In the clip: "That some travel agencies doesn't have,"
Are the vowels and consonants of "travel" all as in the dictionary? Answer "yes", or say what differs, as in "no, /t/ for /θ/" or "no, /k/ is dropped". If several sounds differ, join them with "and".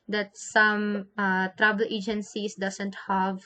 no, /b/ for /v/